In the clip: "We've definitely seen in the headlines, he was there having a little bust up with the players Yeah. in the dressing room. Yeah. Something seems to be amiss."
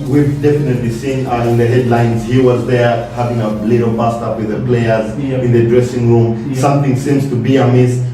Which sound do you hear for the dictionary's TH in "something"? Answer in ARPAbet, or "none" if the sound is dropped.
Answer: T